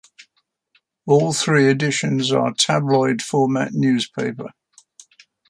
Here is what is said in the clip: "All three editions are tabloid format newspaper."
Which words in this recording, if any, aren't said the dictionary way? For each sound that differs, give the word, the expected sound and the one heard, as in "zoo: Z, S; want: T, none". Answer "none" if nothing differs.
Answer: none